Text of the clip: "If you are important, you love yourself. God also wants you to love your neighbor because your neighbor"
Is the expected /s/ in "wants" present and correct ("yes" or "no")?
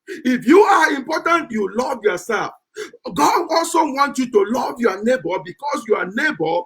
no